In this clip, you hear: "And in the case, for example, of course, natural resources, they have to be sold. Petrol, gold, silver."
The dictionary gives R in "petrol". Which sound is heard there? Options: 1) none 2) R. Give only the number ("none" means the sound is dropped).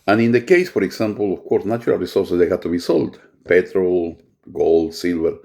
2